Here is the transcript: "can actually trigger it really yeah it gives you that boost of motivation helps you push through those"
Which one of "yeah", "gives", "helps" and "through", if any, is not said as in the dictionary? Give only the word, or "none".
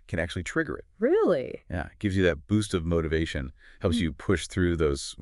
none